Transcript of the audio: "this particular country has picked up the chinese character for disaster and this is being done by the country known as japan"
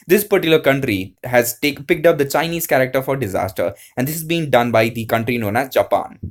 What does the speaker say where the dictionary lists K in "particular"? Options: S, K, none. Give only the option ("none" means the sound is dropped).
none